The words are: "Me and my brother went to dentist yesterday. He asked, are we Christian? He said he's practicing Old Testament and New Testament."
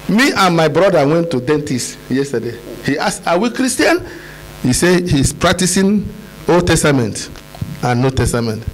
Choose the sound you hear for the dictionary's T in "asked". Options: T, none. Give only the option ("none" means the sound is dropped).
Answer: none